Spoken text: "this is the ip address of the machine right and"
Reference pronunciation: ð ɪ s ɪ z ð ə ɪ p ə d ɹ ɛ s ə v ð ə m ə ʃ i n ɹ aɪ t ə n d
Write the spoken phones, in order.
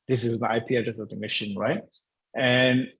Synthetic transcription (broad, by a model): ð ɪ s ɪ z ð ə ɪ p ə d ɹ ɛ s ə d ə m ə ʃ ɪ n ɹ aɪ t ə n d